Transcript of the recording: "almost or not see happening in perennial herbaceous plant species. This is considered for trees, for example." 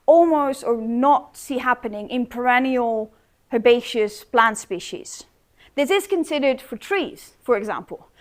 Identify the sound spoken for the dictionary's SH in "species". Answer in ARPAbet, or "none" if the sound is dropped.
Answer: SH